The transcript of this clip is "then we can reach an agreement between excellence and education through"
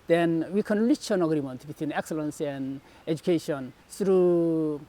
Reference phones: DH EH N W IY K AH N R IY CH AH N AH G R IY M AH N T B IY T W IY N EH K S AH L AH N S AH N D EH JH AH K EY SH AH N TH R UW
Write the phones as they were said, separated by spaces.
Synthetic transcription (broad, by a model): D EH N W IY K AH N L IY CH AH N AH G R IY M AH N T B IY T W IY N EH K S AH L AH N S AH N D EH JH AH K EY SH AH N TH R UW